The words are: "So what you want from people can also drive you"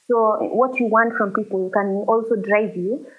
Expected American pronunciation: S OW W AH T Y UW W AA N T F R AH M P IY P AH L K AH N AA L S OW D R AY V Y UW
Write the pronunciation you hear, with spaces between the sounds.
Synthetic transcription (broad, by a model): S OW W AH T Y UW W AA N T F R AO M P IY P AH L K AH N AA L S OW D R AY V Y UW